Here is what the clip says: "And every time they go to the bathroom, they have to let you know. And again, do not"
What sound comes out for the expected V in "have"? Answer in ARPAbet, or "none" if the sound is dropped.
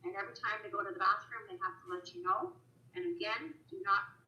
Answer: F